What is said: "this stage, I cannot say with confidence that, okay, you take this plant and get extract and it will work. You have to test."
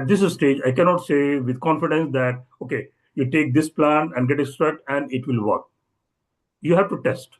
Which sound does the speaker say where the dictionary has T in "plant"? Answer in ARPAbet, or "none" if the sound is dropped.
none